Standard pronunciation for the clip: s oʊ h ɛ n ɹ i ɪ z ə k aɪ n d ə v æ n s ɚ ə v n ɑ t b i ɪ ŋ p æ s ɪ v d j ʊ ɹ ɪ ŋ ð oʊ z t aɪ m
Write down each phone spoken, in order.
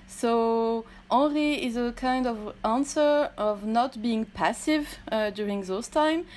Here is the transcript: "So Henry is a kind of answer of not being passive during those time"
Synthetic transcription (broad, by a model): s oʊ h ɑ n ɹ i ɪ z ə k aɪ n d ə v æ n s ɚ ə v n ɑ t b i ɪ ŋ p æ s ɪ v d j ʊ ɹ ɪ ŋ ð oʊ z t aɪ m